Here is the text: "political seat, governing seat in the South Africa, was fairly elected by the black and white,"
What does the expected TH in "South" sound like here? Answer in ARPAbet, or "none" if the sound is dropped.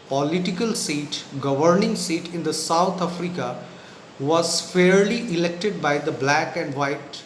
T